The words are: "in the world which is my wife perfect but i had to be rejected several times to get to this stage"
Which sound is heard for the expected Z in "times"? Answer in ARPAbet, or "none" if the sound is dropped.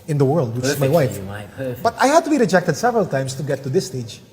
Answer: S